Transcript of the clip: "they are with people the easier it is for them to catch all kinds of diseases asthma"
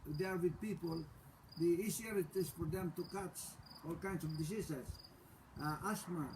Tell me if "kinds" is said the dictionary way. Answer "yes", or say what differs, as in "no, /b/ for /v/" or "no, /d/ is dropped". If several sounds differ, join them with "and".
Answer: no, /s/ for /z/